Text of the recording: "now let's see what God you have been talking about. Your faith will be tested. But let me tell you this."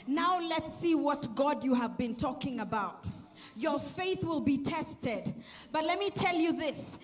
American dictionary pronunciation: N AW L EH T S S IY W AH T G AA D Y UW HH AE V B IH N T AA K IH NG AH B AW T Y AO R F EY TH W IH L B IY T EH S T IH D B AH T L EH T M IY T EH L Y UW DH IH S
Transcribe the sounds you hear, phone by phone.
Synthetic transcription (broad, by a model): N AW L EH T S S IY W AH T G AA D Y UW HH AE V B IH N T AA K IH NG AH B AW T Y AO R F EY TH W IH L B IY T EH S T IH D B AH T L EH T M IY T EH L Y UW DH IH S